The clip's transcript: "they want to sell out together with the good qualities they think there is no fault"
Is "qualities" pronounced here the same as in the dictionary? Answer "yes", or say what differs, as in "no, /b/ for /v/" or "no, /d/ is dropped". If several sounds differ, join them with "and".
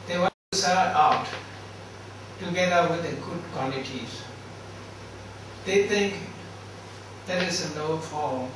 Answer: no, /n/ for /l/